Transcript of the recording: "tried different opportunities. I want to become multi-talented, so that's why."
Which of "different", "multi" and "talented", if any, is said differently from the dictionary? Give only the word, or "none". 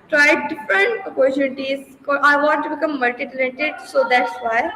talented